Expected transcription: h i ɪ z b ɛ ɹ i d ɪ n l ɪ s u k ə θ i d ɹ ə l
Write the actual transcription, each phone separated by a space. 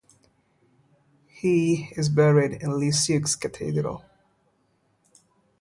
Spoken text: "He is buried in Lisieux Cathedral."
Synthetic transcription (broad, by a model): h i ɪ z b ɛ ɹ i d ɪ n l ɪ s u k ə t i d ɹ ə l